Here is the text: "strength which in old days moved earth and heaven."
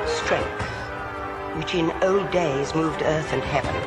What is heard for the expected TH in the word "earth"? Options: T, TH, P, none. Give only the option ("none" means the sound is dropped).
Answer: TH